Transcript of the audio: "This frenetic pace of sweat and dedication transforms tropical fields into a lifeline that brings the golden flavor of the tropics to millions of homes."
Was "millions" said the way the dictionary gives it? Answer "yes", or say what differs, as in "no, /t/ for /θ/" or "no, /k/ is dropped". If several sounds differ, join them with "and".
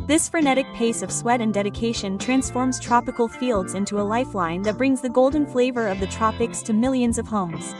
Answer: yes